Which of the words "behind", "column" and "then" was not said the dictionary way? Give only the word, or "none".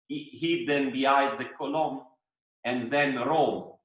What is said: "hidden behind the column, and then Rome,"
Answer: behind